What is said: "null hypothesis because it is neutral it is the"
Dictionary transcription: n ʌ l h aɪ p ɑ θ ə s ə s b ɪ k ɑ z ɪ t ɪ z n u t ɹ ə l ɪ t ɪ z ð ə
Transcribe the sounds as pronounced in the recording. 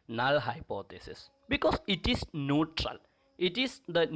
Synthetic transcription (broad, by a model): n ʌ l h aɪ p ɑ t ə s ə s b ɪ k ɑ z ɪ t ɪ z n u t ɹ ə l ɪ t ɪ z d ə